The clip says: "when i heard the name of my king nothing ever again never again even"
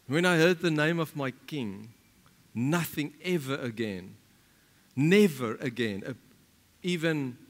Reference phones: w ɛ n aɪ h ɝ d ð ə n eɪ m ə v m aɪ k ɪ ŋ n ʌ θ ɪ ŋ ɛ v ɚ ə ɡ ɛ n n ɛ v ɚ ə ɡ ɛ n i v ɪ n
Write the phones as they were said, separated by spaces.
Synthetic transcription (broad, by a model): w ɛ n aɪ h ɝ d ð ə n eɪ m ə v m aɪ k ɪ ŋ n ʌ θ ɪ ŋ ɛ v ɚ ə ɡ ɛ n n ɛ v ɚ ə ɡ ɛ n i v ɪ n